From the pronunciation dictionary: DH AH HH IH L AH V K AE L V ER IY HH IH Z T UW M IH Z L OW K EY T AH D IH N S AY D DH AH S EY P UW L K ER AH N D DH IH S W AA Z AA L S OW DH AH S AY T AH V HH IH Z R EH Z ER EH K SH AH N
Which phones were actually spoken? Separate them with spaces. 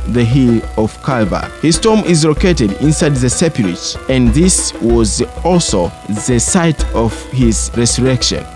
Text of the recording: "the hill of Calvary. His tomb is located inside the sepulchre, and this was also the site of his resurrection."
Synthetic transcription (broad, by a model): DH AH HH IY L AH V K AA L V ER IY HH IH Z T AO M IH Z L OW K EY T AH D IH N S AY D DH AH S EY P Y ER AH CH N DH IH S W AA Z AA L S OW DH AH S AY T AH V HH IH Z R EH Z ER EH K SH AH N